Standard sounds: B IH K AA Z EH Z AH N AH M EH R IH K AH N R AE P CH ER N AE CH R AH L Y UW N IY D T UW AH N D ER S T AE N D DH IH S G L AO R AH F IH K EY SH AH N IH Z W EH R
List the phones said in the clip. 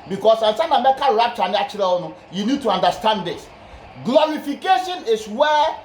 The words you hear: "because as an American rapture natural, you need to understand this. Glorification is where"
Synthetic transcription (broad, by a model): B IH K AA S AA S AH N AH M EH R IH K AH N R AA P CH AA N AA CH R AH N Y UW N IY D T UW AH N D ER S T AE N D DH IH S G L AO R AH F IH K EY SH AH N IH S W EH